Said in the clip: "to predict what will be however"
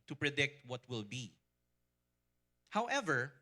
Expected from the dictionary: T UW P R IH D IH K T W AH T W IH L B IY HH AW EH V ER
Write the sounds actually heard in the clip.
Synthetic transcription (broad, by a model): T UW P R IH D IH K T W AH T W IH L B IY HH AW EH V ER